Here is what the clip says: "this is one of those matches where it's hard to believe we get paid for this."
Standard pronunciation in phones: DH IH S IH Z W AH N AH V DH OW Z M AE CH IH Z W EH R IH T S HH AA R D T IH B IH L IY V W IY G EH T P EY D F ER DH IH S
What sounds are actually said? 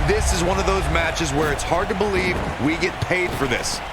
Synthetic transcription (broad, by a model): DH IH S IH Z W AH N AH V DH OW Z M AE CH IH Z W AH R IH T S HH AA R D T IH B IH L IY V W IY G EH T P EY D F ER DH IH S